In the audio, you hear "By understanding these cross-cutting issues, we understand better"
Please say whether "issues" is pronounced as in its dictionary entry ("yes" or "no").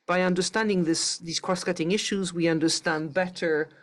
yes